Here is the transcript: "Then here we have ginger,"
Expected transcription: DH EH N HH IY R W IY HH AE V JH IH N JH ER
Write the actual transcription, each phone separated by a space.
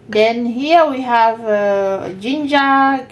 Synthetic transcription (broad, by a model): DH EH N HH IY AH W IY HH AE V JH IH N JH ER